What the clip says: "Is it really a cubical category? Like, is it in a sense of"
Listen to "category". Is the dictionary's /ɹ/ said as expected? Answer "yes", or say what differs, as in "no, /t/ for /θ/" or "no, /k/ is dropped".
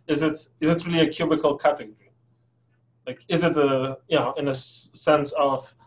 yes